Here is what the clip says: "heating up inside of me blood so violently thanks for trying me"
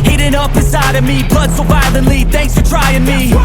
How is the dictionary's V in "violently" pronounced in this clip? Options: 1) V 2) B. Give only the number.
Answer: 2